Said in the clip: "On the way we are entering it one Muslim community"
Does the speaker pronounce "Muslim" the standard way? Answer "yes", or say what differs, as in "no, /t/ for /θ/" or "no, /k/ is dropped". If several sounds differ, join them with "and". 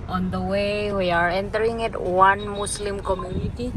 no, /s/ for /z/